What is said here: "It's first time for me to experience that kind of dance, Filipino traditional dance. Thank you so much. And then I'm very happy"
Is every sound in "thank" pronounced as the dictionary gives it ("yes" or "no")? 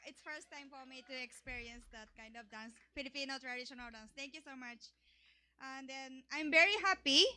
no